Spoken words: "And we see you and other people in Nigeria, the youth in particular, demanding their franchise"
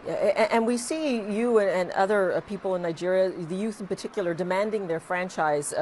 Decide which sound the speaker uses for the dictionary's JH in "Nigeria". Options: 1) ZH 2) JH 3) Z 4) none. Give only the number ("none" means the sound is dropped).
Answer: 2